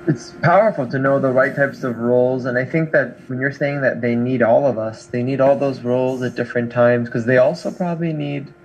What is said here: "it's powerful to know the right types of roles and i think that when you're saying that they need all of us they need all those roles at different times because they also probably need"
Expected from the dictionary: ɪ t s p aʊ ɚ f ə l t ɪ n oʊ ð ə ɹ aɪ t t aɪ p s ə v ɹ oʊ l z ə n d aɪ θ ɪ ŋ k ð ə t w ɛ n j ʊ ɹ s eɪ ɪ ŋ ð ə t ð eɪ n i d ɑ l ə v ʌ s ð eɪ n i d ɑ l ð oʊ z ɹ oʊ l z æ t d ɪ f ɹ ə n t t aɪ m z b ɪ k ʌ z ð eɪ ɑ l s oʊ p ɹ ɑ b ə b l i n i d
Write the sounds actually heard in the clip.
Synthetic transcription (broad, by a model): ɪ t s p aʊ ɚ f l t ɪ n oʊ ð ə ɹ aɪ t t aɪ p s ə v ɹ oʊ l z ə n aɪ θ ɪ ŋ k ð ə t w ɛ n j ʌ ɹ s eɪ ɪ ŋ ð ə t ð eɪ n i d ɑ l ə v ʌ s ð eɪ n i d ɑ l ð oʊ z ɹ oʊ l z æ t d ɪ f ɹ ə n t t aɪ m z k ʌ z ð eɪ ɑ l s oʊ p ɹ ɑ b ə b l i n i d